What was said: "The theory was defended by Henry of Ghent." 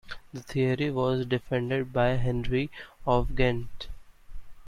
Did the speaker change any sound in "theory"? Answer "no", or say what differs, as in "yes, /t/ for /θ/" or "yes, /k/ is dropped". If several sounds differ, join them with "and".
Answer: yes, /t/ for /θ/